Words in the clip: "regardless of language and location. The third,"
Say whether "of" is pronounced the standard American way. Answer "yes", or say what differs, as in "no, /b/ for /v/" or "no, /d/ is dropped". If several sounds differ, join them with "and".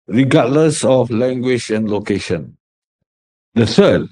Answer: no, /f/ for /v/